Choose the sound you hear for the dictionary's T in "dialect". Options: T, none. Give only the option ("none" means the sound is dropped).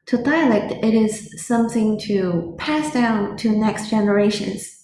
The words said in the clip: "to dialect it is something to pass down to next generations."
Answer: T